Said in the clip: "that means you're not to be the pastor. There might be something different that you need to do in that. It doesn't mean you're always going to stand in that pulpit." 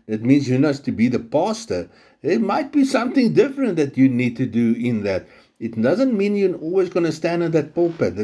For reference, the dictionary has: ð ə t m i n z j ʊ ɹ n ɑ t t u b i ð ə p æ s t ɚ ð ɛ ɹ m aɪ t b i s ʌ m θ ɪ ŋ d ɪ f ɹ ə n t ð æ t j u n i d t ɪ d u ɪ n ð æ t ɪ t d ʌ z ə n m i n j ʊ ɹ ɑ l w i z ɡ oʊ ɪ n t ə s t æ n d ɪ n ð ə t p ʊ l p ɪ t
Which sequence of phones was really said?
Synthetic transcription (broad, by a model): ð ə t m i n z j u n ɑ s t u b i ð ə p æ s t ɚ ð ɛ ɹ m aɪ t b i s ʌ m θ ɪ ŋ d ɪ f ɹ ə n t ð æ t j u n i d t ɪ d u ɪ n ð æ t ɪ t d ʌ z ə n m i n j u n ɑ l w i z ɡ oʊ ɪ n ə s t æ n d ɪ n ð ə t p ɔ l p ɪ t